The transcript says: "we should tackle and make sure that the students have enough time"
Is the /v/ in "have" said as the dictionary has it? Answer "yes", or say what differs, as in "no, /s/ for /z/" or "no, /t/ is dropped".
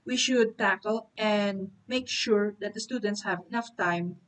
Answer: yes